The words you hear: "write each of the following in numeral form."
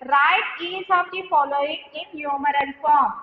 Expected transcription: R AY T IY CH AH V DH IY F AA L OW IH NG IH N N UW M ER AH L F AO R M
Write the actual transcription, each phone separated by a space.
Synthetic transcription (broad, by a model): R AY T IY S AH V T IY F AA L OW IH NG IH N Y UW M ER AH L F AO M